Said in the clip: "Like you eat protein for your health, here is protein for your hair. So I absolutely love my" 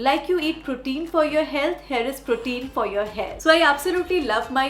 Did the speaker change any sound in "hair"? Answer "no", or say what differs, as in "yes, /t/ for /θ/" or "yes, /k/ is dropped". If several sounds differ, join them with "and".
yes, /l/ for /ɹ/